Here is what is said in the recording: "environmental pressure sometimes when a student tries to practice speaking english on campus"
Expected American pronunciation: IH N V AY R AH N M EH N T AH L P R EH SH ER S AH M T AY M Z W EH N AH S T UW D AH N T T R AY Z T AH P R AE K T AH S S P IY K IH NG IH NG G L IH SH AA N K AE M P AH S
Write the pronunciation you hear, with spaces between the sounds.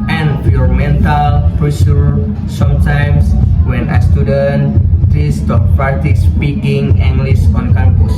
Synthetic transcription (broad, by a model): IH N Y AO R M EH N T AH L P R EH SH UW S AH M T AY M S W EH N AH S T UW D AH N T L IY S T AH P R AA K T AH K S P IY K IH NG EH NG G L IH S AA N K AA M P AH S